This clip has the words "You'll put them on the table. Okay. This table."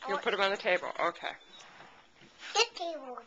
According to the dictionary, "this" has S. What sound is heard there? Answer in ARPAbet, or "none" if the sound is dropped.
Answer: none